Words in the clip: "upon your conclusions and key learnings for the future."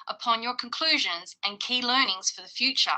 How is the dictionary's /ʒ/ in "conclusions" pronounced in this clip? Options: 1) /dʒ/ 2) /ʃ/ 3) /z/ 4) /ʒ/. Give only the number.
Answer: 4